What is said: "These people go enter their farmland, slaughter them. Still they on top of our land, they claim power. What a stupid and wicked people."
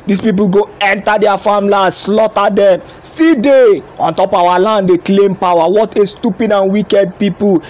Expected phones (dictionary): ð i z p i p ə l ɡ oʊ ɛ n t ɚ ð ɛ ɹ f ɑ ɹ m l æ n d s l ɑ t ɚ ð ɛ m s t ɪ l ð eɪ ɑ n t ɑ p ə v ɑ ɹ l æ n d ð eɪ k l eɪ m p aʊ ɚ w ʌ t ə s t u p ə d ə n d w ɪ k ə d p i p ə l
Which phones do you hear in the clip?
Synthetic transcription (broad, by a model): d i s p i p ə l ɡ oʊ ɛ n t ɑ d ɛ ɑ f ɑ m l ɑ s l ɑ t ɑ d ɛ m s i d eɪ ɑ n t ɑ p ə w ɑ l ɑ n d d eɪ k l eɪ m p aʊ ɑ w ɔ t ə s t u p ə d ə n w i k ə d p i p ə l